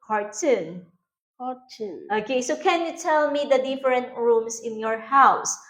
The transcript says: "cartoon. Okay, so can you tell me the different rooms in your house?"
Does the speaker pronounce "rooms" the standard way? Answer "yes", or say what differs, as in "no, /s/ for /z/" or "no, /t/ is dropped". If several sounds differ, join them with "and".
no, /s/ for /z/